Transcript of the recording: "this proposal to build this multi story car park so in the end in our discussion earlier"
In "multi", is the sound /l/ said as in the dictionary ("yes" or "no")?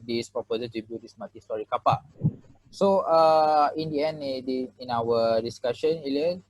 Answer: no